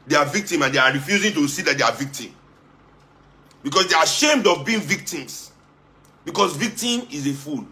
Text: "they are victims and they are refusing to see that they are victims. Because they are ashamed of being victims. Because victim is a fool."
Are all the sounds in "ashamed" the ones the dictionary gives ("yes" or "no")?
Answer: yes